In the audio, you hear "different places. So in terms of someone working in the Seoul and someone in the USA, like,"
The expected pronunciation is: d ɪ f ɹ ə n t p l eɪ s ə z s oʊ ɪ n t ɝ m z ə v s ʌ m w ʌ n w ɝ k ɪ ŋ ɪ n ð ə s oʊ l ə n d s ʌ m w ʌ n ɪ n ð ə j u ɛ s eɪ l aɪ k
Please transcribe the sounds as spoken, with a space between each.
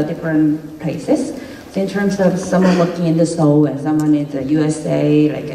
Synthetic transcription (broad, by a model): d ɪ f ɹ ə n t p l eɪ s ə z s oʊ ɪ n t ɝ m s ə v s ʌ m w ʌ n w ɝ k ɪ ŋ ɪ n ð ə s oʊ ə n s ʌ m w ʌ n ɪ n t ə j u ɛ s eɪ l aɪ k